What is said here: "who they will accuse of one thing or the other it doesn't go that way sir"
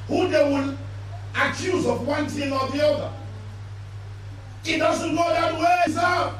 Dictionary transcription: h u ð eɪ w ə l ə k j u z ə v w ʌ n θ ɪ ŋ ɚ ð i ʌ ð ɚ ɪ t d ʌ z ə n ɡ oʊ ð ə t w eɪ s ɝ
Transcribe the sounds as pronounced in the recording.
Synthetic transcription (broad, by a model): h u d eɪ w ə n ə k j u z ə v w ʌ n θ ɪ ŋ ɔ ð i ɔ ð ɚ ɪ t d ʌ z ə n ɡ oʊ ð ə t w eɪ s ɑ